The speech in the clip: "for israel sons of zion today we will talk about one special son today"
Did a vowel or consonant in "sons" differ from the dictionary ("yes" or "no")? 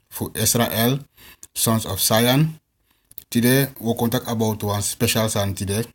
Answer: yes